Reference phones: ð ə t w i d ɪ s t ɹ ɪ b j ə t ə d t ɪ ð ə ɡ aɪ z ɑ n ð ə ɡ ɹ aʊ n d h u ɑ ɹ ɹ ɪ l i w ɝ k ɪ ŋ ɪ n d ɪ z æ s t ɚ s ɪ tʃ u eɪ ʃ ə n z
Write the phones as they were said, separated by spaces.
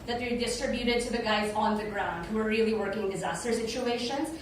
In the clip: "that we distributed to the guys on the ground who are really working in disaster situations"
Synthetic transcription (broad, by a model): ð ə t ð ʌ d ɪ s t ɹ ɪ b j ə t ə d t ɪ ð ə ɡ aɪ z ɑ n ð ə ɡ ɹ aʊ n d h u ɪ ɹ ɹ ɪ l i w ɝ k ɪ ŋ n d ɪ z æ s t ɚ s ɪ tʃ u eɪ ʃ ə n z